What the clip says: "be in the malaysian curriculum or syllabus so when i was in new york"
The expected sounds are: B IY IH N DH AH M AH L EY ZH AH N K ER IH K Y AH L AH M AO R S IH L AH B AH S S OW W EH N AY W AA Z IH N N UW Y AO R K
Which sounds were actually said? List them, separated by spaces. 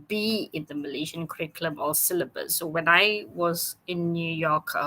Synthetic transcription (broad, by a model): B IY IH N DH AH M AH L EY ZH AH N K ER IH K L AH M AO L S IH L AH B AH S S OW W EH N AY W AA Z IH N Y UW Y AO K